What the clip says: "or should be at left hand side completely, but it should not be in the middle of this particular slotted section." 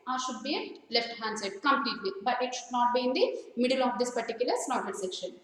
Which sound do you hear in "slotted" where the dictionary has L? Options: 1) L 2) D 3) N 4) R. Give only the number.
3